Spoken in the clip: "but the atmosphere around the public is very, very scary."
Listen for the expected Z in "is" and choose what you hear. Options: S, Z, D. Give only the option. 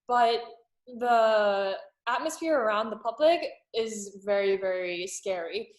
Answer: Z